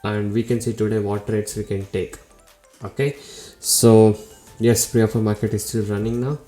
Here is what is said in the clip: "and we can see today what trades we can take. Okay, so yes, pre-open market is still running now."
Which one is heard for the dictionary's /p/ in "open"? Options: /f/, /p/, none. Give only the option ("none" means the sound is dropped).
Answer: /f/